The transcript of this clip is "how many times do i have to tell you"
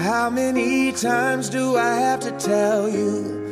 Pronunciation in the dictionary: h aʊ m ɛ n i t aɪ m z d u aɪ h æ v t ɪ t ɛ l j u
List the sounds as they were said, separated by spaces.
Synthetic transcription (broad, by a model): h aʊ m ɛ n i t aɪ m z d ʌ aɪ h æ f t ɪ t ɛ l j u